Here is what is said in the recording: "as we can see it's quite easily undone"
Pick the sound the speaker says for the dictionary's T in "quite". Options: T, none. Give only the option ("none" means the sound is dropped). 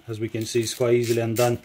none